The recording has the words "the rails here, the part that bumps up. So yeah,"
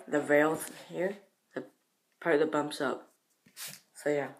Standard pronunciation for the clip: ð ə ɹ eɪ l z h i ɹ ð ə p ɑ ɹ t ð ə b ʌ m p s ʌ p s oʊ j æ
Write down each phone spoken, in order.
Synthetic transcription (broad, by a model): ð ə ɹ eɪ l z h i ɹ ð ə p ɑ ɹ ð ə b ʌ m p s ʌ p s oʊ j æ